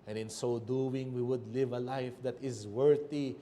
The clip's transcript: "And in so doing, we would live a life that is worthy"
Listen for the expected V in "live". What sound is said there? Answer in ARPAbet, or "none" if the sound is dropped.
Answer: V